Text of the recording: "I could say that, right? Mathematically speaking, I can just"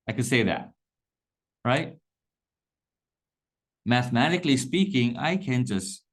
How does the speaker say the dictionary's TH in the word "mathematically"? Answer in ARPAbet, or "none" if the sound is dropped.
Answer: TH